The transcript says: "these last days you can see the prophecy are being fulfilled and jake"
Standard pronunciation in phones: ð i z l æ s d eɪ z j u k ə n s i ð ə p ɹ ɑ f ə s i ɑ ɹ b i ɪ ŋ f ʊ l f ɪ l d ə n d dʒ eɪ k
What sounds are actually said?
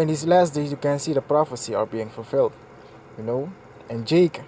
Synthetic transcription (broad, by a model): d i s l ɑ s d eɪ s j u k ə n s i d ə p ɹ ɑ f ə s i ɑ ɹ b i ɪ ŋ f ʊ l f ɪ l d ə n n dʒ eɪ k